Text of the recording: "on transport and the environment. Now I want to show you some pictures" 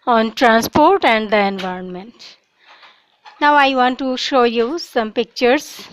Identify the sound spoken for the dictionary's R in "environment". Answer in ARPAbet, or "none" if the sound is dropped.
R